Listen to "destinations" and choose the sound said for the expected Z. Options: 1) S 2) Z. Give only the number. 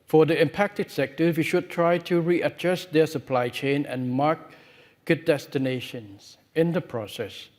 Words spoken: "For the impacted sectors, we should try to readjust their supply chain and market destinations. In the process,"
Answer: 1